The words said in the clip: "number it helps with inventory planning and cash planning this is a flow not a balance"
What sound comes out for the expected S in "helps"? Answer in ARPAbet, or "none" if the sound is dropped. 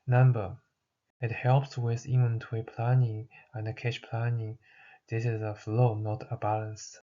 S